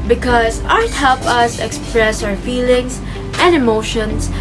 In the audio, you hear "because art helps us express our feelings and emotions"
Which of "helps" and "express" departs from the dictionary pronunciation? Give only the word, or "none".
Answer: helps